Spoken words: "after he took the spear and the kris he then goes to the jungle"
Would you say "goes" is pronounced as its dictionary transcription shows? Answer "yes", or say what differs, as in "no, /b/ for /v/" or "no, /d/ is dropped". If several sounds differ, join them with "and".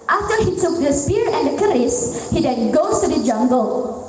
no, /z/ is dropped